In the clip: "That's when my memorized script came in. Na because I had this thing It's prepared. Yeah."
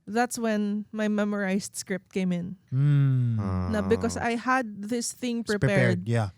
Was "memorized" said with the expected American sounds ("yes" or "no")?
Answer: no